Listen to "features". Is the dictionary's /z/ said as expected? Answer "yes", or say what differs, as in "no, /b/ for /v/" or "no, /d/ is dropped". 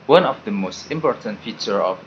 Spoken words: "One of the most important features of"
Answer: no, /z/ is dropped